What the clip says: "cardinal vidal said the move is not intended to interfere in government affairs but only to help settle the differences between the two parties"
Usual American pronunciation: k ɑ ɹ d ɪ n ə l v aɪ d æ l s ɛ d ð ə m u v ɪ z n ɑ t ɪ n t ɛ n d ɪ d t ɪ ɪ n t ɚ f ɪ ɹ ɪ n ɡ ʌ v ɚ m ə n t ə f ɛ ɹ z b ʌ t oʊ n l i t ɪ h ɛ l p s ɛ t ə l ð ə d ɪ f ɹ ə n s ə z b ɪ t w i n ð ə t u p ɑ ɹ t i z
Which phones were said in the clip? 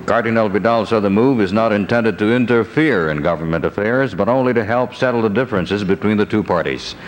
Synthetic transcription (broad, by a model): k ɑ ɹ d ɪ n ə l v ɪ d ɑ l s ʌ ð ə m u v ɪ z n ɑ t ɪ n t ɛ n d ɪ d t ɪ ɪ n t ɚ f ɪ ɹ ɪ n ɡ ʌ v ɚ m ə n t ə f ɛ ɹ z b ʌ t oʊ n l i t ɪ h ɛ l p s ɛ t l ð ə d ɪ f ɹ ə n s ə z b ɪ t w i n ð ə t u p ɑ ɹ t i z